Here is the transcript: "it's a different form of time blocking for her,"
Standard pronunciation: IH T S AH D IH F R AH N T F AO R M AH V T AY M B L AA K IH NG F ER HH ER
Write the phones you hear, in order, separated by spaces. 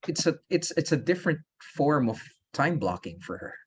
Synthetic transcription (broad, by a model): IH T S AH D IH F R AH N T F AO R M AH V T AY M B L AA K IH NG F ER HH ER